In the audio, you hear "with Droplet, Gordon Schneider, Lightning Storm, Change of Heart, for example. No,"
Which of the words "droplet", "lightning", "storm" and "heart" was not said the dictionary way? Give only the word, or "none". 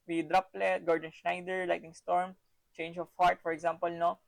lightning